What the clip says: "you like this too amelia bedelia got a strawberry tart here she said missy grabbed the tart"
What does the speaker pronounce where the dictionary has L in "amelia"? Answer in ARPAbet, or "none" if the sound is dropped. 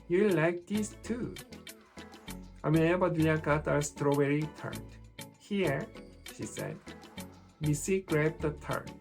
none